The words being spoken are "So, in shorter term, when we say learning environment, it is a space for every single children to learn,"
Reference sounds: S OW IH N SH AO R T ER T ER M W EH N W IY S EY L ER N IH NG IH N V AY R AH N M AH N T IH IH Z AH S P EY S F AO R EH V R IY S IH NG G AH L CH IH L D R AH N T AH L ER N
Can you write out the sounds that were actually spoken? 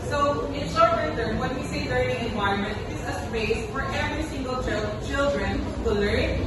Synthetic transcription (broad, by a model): S OW IH N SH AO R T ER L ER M W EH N W IY S EY L ER N IH NG IH N V AY R AH N M AH N T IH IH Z AH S B EY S F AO R EH V R IY S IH NG G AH L CH IH L D R AH N T AH L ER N